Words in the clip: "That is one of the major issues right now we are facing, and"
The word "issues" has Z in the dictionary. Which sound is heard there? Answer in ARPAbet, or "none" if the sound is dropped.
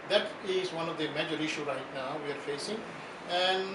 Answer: none